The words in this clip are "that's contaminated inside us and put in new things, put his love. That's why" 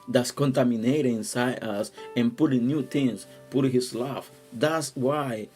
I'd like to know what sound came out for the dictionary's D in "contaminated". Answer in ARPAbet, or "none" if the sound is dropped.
none